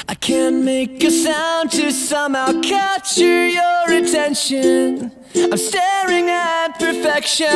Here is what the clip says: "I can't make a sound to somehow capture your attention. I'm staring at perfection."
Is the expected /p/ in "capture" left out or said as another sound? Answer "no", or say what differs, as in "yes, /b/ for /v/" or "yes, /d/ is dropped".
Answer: yes, /p/ is dropped